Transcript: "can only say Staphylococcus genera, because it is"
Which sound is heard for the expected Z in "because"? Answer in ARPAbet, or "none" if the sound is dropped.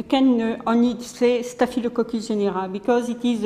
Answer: Z